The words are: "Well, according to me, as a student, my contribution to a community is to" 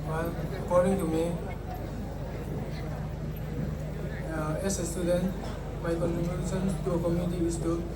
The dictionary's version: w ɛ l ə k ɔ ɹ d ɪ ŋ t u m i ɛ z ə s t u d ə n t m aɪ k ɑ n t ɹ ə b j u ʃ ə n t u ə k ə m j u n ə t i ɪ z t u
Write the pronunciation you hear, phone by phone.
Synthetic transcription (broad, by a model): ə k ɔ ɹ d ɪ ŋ t u m i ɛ s ə s t u d ə n t m aɪ k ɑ n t ɹ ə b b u s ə n t u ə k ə m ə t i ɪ s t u